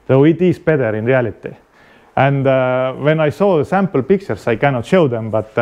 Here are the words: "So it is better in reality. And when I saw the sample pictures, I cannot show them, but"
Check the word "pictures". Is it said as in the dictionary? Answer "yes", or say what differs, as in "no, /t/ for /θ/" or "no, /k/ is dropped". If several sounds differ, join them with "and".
no, /s/ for /z/